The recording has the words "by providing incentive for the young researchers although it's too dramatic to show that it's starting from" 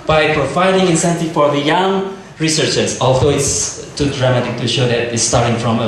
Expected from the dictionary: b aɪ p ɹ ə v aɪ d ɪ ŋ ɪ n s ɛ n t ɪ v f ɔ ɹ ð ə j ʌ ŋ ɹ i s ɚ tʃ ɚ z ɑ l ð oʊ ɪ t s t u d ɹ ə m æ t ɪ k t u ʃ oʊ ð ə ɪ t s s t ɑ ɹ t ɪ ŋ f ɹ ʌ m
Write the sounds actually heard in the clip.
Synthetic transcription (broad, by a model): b aɪ p ɹ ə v aɪ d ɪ ŋ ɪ n s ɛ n t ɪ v f ɔ ɹ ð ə j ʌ ŋ ɹ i s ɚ tʃ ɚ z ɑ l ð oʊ ɪ t s t u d ɹ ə m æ t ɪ k t u ʃ oʊ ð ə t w s t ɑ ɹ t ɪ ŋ f ɹ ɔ m